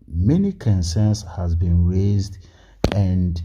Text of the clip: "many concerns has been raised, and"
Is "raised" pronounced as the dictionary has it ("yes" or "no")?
yes